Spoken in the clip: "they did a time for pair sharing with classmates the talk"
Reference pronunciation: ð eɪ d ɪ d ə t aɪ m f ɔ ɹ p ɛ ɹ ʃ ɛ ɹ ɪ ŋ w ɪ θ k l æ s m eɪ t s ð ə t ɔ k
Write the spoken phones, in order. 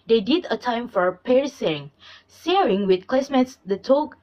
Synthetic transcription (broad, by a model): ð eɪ d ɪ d ə t aɪ m f ɔ ɹ p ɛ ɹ s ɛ ɹ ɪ ŋ w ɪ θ k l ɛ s m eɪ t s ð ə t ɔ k